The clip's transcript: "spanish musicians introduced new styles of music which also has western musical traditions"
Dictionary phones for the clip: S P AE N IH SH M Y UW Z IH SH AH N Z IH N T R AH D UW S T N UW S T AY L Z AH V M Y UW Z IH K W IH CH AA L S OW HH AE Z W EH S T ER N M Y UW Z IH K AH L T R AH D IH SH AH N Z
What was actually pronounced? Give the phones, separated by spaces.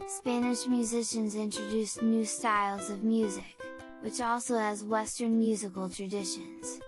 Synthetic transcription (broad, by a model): S P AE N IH SH M Y UW Z IH SH AH N Z IH N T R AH D UW S N UW S T AY L Z AH V M Y UW Z IH K W IH CH AA L S OW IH Z W EH S T ER N M Y UW Z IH K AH L T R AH D IH SH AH N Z